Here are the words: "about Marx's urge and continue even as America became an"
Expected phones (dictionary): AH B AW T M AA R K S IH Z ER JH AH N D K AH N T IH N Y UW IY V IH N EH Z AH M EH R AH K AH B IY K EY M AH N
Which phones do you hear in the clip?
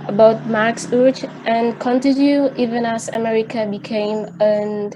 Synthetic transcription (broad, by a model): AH B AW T M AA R K S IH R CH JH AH N K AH N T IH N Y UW IY V IH N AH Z AH M EH R AH K AH B IY K EY M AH N